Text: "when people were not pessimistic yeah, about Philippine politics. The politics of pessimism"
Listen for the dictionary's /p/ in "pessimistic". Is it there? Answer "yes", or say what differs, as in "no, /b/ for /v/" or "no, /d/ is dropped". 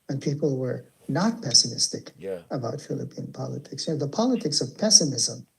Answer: yes